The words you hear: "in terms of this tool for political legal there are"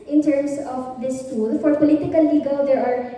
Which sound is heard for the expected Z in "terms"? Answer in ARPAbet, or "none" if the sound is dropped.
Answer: S